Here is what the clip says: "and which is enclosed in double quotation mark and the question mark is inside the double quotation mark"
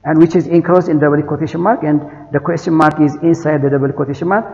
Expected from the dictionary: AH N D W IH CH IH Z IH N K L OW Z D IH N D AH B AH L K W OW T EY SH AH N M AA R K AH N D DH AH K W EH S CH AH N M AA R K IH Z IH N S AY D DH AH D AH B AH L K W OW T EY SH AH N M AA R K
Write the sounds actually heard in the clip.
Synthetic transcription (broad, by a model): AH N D W IH CH IH Z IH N K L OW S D IH N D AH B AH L K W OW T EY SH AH N M AA R K AH N D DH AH K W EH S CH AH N M AA R K IH Z IH N S AY D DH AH D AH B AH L K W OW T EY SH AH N M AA R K